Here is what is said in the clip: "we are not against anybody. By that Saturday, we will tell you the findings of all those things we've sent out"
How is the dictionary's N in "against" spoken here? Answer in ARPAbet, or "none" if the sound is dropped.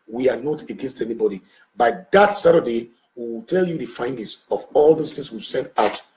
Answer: N